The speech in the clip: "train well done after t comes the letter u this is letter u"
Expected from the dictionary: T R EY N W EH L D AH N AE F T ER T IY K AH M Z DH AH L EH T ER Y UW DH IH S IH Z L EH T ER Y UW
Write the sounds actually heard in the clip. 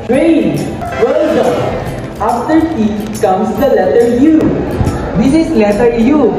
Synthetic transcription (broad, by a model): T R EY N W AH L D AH AA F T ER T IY K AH M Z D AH L EH T ER Y UW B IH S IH S L EH T ER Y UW